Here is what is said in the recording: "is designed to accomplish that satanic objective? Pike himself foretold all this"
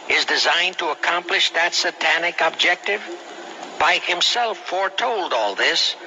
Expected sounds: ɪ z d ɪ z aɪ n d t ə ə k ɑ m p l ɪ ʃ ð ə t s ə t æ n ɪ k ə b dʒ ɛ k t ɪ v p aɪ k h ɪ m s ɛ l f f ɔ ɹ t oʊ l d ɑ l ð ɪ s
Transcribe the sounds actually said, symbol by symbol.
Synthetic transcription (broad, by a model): ɪ z d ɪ z aɪ n t ə ə k ɑ m p l ɪ ʃ ð ə t s ə t æ n ɪ k ə b dʒ ɛ k t ɪ v b aɪ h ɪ m s ɛ l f f ɔ ɹ t oʊ l d ɑ l ð ɪ s